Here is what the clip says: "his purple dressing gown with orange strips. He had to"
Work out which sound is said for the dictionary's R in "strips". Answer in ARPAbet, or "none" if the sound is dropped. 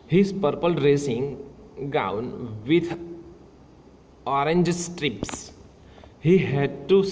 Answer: R